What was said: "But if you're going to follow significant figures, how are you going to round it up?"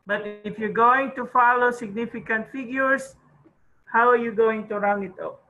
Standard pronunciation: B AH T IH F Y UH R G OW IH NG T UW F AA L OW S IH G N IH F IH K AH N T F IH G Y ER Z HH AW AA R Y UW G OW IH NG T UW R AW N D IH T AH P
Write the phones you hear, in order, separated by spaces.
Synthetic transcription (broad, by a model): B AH T IH F Y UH R G OW IH NG T UW F AA L OW S IH G N IH F IH K AH N T F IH G Y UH S HH AW AA R Y UW G OW IH NG T UW R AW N IH T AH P